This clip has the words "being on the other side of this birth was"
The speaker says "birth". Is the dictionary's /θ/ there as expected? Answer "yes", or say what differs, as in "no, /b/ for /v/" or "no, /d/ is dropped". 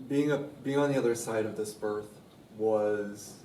yes